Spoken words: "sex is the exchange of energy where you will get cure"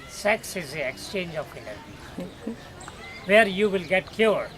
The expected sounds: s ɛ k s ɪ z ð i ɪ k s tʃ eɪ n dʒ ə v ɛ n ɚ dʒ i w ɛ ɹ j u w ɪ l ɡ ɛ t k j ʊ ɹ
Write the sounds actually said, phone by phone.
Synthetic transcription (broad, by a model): s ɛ k s ɪ z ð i ɪ k s tʃ eɪ n dʒ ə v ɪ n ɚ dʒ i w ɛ ɹ j u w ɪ l ɡ ɛ t k j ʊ ɹ